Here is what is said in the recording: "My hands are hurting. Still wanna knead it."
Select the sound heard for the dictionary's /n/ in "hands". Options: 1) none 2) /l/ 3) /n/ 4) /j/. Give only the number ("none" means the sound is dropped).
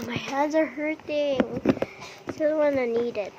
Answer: 1